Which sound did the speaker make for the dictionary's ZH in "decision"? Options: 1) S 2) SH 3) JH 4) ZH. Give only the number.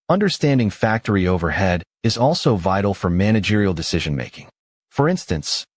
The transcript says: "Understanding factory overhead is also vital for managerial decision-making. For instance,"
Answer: 4